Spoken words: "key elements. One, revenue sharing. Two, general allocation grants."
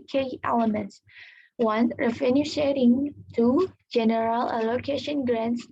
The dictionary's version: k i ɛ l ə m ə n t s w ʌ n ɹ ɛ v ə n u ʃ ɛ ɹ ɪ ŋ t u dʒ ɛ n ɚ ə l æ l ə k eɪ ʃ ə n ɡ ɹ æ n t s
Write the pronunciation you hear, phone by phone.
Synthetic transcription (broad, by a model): k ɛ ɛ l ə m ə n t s w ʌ n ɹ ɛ f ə n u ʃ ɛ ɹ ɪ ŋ t u dʒ ɛ n ɚ ə l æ l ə k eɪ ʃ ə n ɡ ɹ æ n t s